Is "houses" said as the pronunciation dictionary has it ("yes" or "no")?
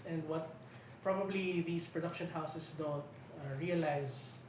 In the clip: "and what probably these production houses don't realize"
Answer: no